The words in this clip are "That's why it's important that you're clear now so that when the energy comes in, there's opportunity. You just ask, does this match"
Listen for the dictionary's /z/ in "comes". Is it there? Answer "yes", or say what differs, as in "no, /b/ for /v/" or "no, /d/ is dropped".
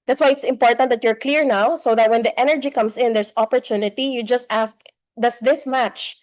no, /s/ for /z/